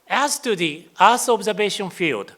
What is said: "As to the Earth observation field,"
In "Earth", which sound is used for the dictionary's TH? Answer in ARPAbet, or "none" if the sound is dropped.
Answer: S